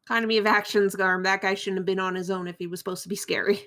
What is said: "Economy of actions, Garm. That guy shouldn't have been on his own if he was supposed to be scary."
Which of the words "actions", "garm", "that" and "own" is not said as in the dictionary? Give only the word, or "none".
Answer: none